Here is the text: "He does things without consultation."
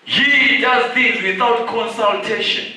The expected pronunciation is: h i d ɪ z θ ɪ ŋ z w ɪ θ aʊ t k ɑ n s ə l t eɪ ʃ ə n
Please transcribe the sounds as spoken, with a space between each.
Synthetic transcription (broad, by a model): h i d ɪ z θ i z w ɪ θ aʊ t k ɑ n s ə l t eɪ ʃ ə n